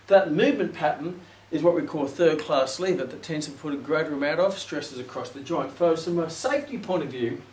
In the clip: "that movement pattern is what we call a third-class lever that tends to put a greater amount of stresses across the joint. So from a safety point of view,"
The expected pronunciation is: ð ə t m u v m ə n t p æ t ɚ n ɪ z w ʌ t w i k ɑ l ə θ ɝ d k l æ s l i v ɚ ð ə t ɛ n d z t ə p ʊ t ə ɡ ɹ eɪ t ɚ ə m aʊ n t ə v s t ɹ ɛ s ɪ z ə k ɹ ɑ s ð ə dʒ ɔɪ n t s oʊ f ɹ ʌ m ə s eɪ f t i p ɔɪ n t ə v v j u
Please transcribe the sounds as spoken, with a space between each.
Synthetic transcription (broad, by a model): ð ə t m u v m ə n p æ t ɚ n ɪ z w ʌ t w i k ɑ l θ ɝ d k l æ s l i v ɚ ð ə t ɛ n d z t ə p ʊ t ə ɡ ɹ eɪ t ɚ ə m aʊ t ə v s t ɹ ɛ s ɪ z ə k ɹ ɑ s ð ə dʒ ɔɪ n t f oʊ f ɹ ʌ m ə s eɪ f t i p ɔɪ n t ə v v j u